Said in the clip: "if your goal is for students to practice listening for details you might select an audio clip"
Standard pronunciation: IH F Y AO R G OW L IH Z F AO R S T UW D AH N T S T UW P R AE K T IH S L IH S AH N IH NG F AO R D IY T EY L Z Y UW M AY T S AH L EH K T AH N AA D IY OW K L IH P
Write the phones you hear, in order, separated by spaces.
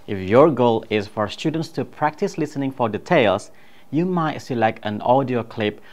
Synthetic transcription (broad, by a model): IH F Y AO R G OW L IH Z F AO R S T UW D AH N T S T UW P R AE K T IH S L IH S AH N IH NG F AO R D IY T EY L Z Y UW M AY T S AH L EH K T AH N AA D IY OW K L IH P